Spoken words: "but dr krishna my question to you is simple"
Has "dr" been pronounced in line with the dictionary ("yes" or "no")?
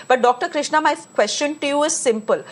yes